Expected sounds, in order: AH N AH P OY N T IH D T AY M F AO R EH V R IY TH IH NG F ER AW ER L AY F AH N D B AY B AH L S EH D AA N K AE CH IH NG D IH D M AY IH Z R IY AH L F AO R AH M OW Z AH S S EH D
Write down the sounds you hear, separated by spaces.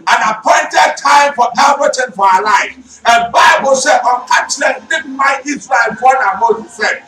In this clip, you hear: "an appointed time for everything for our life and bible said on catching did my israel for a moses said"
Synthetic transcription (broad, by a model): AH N AH P OY N T IH D T AY M F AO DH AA R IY T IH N F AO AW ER L AY F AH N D B AY B AH L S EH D AA N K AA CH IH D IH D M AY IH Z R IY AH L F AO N AH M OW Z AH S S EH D